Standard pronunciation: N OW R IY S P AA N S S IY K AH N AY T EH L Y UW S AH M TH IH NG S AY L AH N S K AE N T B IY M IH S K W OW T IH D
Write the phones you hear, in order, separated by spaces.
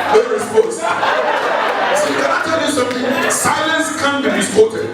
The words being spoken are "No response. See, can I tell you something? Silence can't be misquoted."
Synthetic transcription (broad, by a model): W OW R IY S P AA S S IY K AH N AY T EH L Y UW S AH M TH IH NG S AY L AH N S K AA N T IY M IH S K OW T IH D